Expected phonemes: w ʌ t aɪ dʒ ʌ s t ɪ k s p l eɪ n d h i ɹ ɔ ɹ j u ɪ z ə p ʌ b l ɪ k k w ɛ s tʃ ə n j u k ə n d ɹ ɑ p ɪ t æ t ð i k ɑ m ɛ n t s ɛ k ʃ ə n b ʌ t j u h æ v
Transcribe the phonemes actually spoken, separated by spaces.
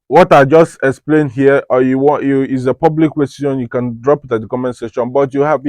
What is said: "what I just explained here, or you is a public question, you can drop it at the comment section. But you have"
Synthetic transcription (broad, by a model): w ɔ t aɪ dʒ ʌ s t ɪ k s p l eɪ n d h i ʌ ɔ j j u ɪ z ə p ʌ b l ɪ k k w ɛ s ʃ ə n j u k ə n d ɹ ɑ p ɪ t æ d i k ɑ m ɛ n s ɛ ʃ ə n b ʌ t j u h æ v